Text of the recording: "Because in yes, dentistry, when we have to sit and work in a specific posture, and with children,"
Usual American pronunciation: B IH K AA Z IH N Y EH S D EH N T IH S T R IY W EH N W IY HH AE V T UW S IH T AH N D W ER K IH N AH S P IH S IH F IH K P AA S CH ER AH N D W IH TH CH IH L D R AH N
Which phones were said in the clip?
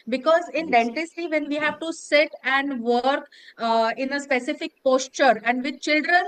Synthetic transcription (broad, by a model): B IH K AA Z IH N D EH N T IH S T IY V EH N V IY HH AE V T UW S IH T AH N D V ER K IH N AH S P IH S IH F IH K P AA S CH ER AH N D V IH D CH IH L D R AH N